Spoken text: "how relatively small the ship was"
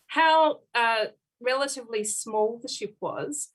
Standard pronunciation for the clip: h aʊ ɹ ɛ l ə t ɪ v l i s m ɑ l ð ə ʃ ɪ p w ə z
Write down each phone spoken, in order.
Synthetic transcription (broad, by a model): h aʊ ɹ ɛ l ə t ɪ v l i s m ɑ l ð ə ʃ ɪ p w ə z